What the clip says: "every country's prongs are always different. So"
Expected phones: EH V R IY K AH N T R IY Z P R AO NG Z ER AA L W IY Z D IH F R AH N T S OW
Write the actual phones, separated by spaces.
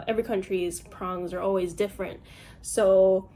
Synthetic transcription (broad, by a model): EH V R IY K AH N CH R IY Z P R AO NG Z ER AA L W IY Z D IH F R AH N T S OW